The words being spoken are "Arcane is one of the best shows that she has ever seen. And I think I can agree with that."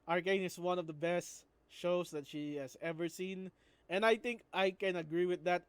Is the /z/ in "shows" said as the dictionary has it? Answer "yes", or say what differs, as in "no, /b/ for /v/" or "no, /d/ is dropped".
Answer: no, /s/ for /z/